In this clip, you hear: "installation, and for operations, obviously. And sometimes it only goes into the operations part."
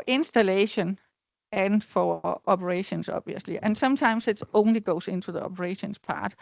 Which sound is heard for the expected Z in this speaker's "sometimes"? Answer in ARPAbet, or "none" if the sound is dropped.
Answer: S